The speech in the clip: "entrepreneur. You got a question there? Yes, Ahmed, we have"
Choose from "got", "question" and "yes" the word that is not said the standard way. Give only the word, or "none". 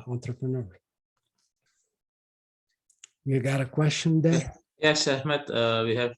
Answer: none